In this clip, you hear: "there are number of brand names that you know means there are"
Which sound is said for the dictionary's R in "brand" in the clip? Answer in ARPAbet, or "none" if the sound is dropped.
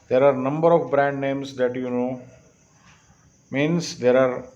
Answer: R